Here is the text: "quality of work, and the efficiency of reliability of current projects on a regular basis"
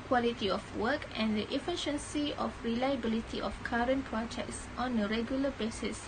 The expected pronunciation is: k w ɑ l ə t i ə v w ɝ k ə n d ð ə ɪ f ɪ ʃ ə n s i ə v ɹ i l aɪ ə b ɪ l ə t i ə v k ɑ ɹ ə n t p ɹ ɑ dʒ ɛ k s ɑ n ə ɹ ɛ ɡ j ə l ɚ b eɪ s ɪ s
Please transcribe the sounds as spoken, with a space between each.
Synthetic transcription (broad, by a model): k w ɑ l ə t i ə f w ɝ k ə n d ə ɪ f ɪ ʃ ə n s i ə f ɹ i l aɪ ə b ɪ l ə t i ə f k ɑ ɹ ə n p ɹ ɑ dʒ ɛ k s ɑ n ə ɹ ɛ ɡ j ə l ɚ b eɪ s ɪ s